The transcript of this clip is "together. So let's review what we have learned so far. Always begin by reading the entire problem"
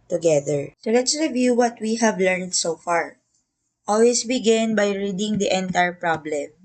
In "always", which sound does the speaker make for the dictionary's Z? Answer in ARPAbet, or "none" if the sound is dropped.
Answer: S